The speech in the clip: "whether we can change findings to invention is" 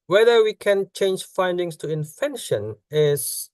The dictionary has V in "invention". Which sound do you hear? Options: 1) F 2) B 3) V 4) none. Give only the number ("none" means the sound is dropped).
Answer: 1